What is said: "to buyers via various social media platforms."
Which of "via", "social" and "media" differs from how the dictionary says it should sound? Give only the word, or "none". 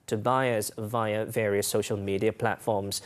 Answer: none